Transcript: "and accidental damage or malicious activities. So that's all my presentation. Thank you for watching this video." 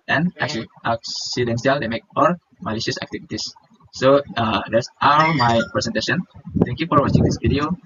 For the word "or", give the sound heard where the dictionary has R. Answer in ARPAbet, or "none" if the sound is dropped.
L